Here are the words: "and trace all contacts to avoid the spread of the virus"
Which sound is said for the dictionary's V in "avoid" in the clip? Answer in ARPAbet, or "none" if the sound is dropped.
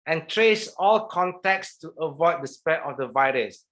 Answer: V